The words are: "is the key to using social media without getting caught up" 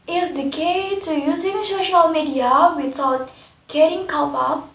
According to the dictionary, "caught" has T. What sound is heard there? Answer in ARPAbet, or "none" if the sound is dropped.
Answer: none